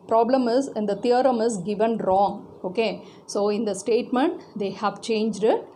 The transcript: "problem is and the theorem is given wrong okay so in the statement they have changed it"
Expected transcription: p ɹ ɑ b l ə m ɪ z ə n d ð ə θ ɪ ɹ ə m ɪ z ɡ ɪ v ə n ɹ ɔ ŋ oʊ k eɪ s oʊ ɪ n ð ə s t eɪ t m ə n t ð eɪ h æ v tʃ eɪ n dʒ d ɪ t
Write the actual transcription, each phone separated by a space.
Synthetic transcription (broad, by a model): p ɹ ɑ b l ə m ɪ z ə n d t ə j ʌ ɹ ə m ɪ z ɡ ɪ v ə n ɹ ɔ ŋ oʊ k eɪ s oʊ ɪ n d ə s t eɪ t m ə n t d eɪ h æ v tʃ eɪ n dʒ d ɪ t